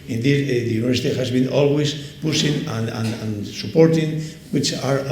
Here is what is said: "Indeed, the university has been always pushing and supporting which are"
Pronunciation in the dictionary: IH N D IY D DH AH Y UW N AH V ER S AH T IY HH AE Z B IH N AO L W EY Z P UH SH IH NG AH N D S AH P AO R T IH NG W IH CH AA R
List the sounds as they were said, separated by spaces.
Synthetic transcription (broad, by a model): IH N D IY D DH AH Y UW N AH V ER S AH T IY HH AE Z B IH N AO L W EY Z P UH S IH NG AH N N S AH P AO R T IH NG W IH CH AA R